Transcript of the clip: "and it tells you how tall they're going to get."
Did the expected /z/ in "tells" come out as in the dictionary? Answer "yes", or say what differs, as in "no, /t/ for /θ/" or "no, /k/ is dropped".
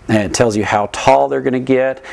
yes